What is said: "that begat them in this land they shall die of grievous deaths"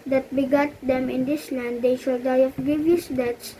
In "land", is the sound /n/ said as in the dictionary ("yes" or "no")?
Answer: yes